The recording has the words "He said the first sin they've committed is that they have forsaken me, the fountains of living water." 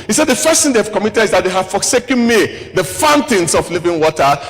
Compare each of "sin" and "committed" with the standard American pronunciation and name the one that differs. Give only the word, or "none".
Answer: sin